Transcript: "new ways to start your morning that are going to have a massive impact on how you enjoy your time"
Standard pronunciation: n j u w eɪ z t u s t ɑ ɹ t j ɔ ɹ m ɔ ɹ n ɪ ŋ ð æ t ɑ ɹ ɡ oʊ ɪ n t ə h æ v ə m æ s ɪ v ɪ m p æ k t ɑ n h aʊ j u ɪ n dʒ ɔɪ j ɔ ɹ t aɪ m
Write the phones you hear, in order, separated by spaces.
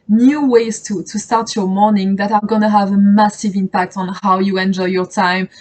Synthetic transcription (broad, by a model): n j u w eɪ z t u s t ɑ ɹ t j ɔ ɹ m ɔ ɹ n ɪ ŋ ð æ t ɑ ɹ ɡ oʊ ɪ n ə h æ v ə m æ s ɪ v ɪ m p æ k t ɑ n h aʊ j u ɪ n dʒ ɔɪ j ɔ ɹ t aɪ m